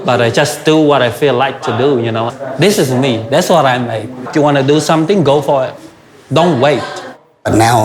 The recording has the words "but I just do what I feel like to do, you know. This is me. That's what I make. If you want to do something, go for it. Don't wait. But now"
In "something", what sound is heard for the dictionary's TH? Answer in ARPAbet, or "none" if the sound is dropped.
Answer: T